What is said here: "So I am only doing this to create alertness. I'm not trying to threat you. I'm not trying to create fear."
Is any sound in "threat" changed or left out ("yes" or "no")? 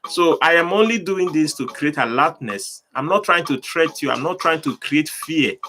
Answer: yes